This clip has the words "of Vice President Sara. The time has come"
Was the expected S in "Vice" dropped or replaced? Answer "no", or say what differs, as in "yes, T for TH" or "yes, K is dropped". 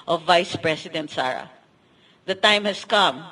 no